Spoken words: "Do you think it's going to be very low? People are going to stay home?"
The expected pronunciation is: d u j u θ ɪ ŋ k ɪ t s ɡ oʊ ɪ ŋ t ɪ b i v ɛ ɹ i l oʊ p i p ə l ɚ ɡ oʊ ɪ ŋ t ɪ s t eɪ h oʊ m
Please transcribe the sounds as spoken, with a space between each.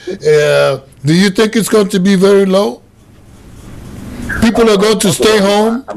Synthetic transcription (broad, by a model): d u j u θ ɪ ŋ k ɪ t s ɡ oʊ ɪ ŋ t ɪ b i v ɛ ɹ i l oʊ p i p l ɚ ɡ oʊ ɪ ŋ t ɪ s t eɪ h oʊ m